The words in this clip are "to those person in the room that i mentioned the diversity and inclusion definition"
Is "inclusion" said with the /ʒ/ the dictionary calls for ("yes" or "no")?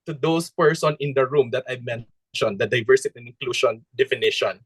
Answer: no